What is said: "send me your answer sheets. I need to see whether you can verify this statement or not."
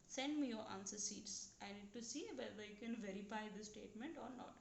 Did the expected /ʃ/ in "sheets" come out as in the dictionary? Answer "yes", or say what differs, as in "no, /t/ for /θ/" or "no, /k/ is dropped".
no, /s/ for /ʃ/